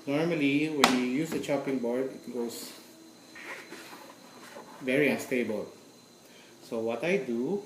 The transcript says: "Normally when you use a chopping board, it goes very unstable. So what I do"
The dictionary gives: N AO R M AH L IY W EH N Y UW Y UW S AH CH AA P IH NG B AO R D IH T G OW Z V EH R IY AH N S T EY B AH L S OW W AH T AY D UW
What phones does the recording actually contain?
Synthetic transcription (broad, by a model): N AO R M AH L IY W EH N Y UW Y UW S AH CH AA P IH NG B AO R D IH T G OW S V EH R IY AH N S T EY B AH L S OW W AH T AY D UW